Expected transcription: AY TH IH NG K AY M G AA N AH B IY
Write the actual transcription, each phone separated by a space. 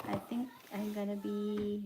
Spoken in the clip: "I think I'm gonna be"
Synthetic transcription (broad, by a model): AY T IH NG K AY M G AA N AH B IY